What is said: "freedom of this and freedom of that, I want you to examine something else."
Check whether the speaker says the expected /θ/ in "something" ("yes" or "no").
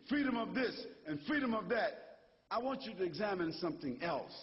yes